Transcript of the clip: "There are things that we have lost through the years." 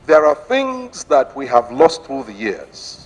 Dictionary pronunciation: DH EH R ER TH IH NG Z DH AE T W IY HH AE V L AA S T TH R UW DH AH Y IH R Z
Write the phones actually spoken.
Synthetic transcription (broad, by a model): DH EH R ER TH IH NG Z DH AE T W IY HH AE V L AA S T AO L DH AH Y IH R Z